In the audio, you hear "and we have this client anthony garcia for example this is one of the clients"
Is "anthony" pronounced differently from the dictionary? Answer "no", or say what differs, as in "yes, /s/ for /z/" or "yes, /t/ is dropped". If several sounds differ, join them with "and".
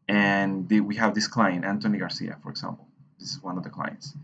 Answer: yes, /t/ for /θ/